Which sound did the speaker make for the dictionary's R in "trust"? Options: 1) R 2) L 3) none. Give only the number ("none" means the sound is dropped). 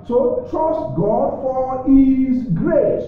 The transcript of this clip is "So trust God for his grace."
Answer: 1